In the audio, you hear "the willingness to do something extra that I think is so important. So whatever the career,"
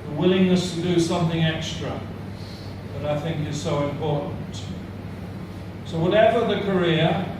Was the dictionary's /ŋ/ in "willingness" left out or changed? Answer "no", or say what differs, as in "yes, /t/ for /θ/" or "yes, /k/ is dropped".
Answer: no